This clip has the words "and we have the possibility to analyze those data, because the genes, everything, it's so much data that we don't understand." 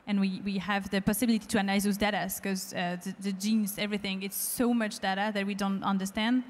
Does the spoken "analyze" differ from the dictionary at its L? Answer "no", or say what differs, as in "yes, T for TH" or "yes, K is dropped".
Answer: yes, L is dropped